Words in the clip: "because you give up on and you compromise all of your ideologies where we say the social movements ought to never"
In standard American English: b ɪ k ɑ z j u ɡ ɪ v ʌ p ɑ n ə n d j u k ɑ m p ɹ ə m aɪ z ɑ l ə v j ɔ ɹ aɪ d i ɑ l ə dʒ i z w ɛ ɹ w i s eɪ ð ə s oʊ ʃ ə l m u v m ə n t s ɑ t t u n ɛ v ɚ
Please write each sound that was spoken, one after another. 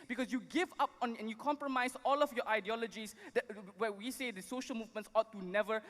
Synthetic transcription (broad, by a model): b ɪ k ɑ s j u ɡ ɪ v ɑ p ɑ n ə n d j u k ɑ m p ɹ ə m aɪ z ɑ l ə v j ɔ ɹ aɪ d i ɑ l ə dʒ i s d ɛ w w i s eɪ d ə s oʊ ʃ ə l m u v m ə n s ɑ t t u n ɛ v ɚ